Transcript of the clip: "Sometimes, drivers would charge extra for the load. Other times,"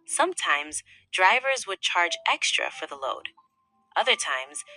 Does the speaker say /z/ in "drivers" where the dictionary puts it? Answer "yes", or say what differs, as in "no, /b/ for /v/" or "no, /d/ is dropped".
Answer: yes